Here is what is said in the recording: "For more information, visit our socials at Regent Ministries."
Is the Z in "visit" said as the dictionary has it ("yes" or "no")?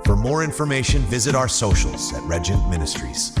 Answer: yes